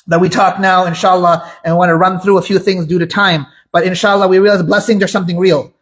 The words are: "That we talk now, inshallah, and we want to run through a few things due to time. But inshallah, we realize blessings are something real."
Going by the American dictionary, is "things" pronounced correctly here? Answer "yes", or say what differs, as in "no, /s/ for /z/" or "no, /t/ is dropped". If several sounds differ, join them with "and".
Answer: yes